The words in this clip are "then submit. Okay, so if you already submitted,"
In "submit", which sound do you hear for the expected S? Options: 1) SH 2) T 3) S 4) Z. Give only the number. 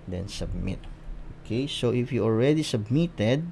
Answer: 3